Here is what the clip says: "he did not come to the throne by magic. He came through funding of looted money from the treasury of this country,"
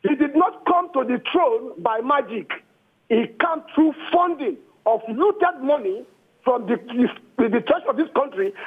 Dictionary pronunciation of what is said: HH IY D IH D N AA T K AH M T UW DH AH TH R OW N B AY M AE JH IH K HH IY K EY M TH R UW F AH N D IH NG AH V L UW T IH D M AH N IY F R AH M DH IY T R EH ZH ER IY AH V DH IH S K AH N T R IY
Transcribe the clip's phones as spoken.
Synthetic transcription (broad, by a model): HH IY D IH D N AA T K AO M T UW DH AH T R OW N B AY M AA JH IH K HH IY K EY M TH R UW F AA N D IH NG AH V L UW T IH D M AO N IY F R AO M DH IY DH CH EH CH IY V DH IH S K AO N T R IY